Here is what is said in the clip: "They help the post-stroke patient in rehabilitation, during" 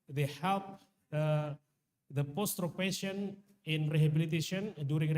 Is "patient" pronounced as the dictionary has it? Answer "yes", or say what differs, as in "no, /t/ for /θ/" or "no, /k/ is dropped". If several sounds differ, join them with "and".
no, /t/ is dropped